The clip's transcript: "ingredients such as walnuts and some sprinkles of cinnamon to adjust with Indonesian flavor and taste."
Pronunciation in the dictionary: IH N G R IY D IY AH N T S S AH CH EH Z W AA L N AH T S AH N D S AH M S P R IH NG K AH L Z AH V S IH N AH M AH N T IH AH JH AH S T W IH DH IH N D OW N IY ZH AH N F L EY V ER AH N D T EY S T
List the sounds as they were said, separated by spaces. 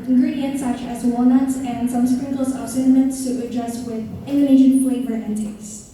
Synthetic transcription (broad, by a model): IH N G R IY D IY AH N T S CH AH EH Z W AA N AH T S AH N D S AH M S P R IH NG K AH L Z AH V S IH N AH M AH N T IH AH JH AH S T W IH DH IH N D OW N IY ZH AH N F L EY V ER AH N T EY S